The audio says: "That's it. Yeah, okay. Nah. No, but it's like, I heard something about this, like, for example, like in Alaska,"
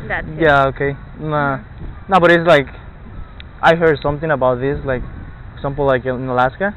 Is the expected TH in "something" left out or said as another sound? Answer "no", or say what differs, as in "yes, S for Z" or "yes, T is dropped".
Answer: no